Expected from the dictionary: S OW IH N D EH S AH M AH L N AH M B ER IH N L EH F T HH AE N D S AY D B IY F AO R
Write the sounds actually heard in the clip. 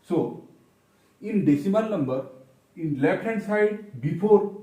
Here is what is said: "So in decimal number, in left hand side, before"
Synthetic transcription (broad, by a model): S OW IH N D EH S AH M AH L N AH M B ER IH N L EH P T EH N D S AY D B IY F AO R